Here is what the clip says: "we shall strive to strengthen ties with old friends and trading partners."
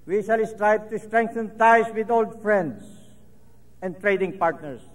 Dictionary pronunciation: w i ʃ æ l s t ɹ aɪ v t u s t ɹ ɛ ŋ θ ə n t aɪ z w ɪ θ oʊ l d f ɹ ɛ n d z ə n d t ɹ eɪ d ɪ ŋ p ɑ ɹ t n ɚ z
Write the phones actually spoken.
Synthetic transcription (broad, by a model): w i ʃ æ l s t ɹ aɪ b t u s t ɹ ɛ ŋ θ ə n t aɪ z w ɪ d oʊ l d f ɹ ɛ n d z ə n d t ɹ eɪ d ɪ ŋ p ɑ ɹ t n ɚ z